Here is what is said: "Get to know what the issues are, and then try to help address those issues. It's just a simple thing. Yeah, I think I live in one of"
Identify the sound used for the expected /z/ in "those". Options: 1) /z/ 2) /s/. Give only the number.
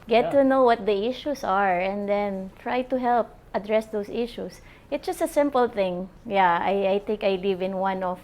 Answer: 2